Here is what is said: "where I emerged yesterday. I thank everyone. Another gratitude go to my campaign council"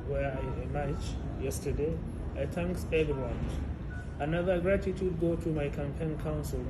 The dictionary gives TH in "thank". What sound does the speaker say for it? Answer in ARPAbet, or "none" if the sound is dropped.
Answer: T